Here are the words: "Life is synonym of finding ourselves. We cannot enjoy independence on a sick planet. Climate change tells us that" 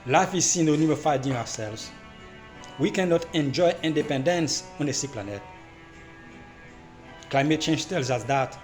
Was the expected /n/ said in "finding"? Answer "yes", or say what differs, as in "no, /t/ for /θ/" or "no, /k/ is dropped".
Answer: no, /n/ is dropped